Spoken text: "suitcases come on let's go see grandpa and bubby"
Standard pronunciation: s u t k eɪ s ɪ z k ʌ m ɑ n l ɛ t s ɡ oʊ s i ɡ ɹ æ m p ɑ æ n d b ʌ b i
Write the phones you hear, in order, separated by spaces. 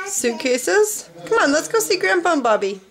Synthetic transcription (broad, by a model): s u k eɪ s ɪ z k ʌ m ɑ n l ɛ t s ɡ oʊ s i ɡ ɹ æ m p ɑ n b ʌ b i